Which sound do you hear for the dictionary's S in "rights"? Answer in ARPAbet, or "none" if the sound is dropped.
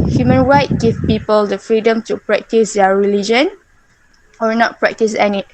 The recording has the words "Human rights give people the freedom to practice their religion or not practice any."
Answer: none